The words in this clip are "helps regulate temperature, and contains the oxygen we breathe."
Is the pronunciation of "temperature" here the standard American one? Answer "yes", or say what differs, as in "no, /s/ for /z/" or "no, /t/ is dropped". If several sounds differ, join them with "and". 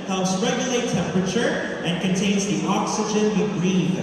yes